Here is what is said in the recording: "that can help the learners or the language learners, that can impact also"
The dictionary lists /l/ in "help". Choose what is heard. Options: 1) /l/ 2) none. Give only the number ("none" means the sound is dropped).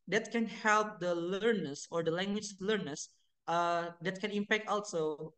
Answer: 1